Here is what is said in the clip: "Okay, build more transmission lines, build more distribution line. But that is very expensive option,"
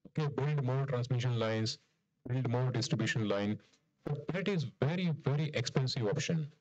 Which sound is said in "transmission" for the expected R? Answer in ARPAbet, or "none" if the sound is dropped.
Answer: R